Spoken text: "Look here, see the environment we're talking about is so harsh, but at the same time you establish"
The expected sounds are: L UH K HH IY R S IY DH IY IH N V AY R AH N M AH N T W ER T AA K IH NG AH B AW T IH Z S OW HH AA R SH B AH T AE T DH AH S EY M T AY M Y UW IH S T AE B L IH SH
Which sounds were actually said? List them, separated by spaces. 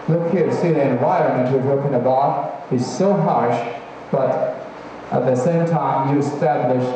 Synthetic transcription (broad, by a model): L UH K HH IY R S IY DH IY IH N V AY R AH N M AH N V W ER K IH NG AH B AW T IH Z S OW HH AA R SH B AH T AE T DH AH S EY M T AY M Y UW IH S T AE B L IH SH